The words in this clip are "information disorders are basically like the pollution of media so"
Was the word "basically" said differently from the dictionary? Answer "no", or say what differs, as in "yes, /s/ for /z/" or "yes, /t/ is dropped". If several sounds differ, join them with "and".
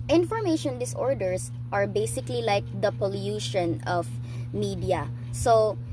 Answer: no